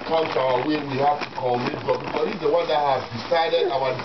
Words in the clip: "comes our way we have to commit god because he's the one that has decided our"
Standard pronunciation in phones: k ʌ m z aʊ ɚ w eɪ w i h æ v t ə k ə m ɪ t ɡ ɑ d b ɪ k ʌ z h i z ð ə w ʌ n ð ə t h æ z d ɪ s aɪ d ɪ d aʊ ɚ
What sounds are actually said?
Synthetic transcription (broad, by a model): k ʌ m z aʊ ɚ w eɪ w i h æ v t ə k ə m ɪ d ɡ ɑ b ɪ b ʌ h i z ð ə w ʌ n ð ə t h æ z d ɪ s aɪ d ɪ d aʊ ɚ